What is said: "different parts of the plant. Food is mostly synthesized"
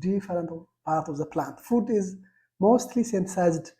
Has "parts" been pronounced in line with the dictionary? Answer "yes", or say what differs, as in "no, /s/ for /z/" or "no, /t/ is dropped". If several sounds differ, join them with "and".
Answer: no, /s/ is dropped